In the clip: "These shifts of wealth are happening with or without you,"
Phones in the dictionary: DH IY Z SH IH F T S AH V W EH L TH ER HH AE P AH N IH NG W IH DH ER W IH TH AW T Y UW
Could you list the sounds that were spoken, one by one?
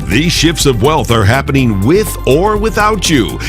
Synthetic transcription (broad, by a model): DH IY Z SH IH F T S AH V W EH L TH ER HH AE P AH N IH NG W IH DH ER W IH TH AW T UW